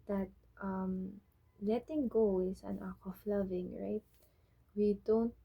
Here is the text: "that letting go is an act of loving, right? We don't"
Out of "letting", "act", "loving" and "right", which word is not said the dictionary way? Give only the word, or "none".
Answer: act